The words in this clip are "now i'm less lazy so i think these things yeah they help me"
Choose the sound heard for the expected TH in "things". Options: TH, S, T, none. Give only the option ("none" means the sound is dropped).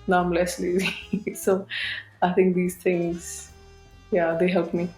T